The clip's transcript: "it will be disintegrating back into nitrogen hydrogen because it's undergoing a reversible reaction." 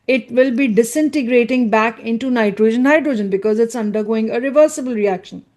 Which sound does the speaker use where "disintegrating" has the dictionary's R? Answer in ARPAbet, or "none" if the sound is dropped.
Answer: R